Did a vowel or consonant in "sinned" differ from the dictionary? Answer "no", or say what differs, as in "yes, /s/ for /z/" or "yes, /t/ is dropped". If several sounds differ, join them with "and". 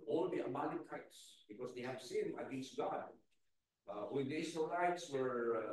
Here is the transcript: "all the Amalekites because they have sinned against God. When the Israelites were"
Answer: yes, /d/ is dropped